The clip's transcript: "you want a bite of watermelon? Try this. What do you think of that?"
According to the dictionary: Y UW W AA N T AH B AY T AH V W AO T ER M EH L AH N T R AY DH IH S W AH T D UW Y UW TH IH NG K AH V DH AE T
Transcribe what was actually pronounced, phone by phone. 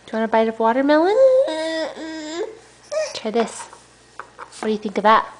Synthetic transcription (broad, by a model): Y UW W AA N AH B AY T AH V W AO T ER M EH L AH N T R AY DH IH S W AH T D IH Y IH TH IH NG K AH V DH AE T